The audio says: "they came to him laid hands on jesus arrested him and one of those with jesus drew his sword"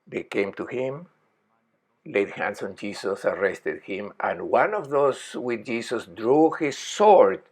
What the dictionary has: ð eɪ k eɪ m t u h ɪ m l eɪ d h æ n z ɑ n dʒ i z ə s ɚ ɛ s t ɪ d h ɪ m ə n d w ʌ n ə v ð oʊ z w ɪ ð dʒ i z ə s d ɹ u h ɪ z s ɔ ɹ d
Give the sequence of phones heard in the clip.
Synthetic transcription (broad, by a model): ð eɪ k eɪ m t u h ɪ m l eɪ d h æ n s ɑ n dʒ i s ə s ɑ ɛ s t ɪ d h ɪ m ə n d w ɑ n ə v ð oʊ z w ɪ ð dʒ i s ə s d ɹ u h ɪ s ɔ ɹ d